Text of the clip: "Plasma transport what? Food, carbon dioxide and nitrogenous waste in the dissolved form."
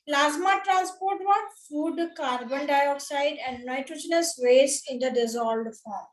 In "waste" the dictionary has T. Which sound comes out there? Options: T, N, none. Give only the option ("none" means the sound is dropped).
none